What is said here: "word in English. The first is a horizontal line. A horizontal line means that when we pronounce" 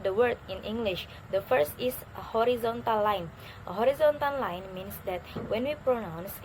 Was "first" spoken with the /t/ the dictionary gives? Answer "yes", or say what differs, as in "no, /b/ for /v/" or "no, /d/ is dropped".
yes